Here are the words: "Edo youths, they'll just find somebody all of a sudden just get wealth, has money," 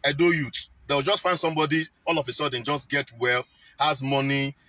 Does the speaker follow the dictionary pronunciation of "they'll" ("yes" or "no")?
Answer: no